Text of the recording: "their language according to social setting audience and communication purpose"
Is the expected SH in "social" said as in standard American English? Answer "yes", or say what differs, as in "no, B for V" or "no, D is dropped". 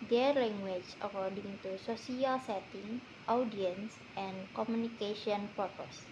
no, S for SH